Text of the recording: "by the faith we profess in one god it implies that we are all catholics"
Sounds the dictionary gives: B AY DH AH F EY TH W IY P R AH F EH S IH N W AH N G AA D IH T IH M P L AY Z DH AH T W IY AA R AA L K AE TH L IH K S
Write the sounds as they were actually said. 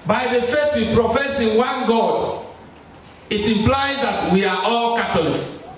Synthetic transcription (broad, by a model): B AY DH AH F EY T W IY P R AH F EH S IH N W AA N G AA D IH T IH M P L AY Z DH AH T W IY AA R AA L K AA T L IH K S